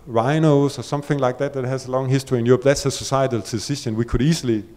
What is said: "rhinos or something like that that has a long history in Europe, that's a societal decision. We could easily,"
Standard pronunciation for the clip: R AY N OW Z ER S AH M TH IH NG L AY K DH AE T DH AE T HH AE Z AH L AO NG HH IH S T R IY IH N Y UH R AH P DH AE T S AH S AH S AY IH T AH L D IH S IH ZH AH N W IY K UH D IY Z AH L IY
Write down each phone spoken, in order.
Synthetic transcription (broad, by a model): R AY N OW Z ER S AH M TH IH NG L AY K DH AE T DH AE T HH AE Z AH L AO NG HH IH S T R IY IH N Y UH R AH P DH AE T S AH S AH S AY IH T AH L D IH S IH SH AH N W IY K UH D IY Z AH L IY